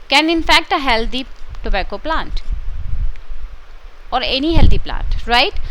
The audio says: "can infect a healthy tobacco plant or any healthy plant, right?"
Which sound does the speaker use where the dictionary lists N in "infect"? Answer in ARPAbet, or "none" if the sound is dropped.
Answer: N